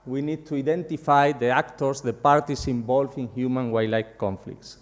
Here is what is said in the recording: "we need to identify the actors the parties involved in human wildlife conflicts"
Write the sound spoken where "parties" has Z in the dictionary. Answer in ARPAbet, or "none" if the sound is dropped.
S